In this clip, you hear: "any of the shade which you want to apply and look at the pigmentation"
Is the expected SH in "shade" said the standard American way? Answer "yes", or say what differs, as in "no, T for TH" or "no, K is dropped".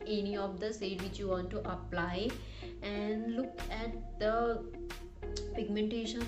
no, S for SH